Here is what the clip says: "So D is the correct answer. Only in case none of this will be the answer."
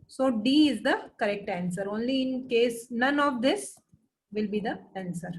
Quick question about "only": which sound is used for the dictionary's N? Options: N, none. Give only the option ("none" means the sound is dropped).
N